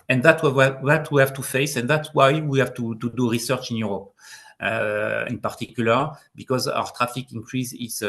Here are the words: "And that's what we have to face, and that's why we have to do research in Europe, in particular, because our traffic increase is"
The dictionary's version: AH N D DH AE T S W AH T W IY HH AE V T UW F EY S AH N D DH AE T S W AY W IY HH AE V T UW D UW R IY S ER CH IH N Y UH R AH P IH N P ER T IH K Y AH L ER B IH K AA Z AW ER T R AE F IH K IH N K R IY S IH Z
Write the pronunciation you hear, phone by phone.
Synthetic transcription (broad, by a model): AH N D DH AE T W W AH T W IY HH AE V T UW F EY S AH N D DH AE T S W AY W IY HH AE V T UW D UW R IY S ER CH IH N Y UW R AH P IH N P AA T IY K Y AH L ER B IH K AA Z AW ER T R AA F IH K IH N K R IY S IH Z